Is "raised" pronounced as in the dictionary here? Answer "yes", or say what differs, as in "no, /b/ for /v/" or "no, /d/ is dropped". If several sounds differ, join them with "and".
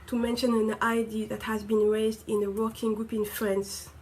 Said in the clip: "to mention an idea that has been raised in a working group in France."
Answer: yes